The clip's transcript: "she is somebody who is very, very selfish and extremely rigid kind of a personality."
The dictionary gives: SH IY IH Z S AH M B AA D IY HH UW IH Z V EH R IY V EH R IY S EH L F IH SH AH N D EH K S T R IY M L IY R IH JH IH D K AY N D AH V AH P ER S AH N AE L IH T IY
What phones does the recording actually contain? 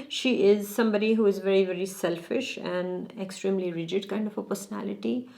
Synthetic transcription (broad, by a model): SH IY IH Z S AH M B AA D IY HH UW IH Z V EH R IY V EH R IY S EH L F IH SH AH N D EH K S T R IY M L IY R IH JH IH D K AY N D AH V AH P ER S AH N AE L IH T IY